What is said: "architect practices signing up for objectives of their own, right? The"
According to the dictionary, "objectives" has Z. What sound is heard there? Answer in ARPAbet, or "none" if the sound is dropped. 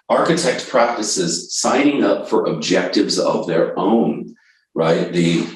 Z